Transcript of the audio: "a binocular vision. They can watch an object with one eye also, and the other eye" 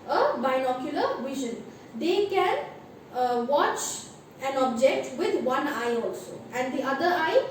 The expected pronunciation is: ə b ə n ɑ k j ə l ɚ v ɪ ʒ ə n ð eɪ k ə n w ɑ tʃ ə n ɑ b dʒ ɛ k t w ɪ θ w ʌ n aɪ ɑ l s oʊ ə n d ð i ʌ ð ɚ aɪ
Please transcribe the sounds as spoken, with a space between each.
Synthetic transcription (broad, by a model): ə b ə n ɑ k j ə l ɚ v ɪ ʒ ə n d eɪ k ə n w ɑ tʃ ə n ɑ b dʒ ɛ k t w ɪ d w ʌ n aɪ ɑ l s oʊ ə n d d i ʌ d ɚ aɪ